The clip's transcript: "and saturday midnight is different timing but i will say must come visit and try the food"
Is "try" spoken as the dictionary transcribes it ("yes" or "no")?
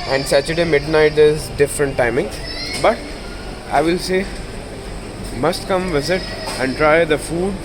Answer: yes